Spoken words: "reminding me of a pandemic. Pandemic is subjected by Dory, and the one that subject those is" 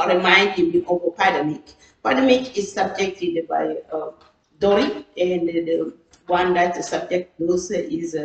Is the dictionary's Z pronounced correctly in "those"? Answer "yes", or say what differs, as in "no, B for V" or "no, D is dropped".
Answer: no, S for Z